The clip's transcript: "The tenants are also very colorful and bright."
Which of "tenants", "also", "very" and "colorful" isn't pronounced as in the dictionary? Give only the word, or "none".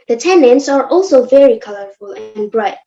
none